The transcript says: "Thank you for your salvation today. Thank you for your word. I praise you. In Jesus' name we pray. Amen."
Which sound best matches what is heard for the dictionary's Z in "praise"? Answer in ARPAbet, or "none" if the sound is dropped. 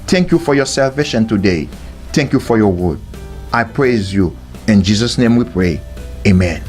Z